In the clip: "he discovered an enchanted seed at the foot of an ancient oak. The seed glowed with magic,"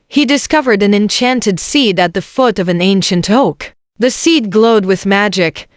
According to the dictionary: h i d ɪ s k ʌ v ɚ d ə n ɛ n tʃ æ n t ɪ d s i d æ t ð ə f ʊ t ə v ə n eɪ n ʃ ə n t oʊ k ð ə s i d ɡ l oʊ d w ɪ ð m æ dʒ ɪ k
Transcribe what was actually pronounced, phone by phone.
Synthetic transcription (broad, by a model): h i d ɪ s k ʌ v ɚ d ə n ɛ n tʃ æ n t ɪ d s i d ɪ t ð ə f ʊ t ə v ə n eɪ n ʃ ə n t oʊ k ð ə s i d ɡ l oʊ d w ɪ ð m æ dʒ ɪ k